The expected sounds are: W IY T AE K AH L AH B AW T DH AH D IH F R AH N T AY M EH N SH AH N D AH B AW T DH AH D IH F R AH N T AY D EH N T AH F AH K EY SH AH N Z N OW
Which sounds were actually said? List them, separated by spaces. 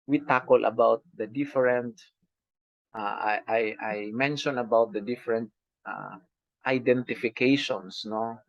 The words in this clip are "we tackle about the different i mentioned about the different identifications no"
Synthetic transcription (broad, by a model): W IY T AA K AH L AH B AW T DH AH D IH F R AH N T AY M EH N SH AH N AH B AW T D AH D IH F R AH N T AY D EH N T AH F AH K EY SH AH N S N OW